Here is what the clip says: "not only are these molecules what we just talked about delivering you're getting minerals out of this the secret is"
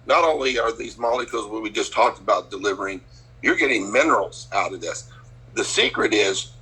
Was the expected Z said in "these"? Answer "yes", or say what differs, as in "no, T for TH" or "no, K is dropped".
yes